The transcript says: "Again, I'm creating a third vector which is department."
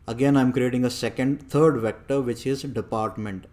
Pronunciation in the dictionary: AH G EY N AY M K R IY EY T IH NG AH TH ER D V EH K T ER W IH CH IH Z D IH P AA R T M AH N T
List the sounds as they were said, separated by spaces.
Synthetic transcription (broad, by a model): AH G EY N AY M K R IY EY T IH NG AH T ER D V EH K T ER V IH CH IH Z D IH P AA R T M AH N T